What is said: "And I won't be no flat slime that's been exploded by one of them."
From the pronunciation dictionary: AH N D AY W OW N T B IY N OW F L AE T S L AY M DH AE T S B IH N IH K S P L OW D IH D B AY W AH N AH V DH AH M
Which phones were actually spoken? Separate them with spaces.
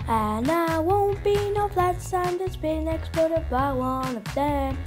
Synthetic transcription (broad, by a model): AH N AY W OW N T B IY N OW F L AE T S AY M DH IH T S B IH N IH K S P OW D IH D B AY W AH N AH V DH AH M